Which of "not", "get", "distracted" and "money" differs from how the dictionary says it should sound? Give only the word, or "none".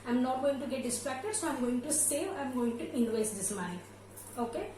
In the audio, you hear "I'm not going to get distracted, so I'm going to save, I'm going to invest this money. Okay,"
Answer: money